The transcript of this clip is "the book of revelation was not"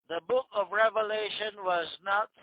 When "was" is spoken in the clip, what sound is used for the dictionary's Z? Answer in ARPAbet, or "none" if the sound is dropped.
Z